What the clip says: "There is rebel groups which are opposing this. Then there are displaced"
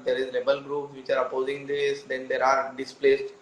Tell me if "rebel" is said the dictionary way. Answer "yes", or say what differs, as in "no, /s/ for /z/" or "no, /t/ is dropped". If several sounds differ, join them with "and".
no, /l/ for /ɹ/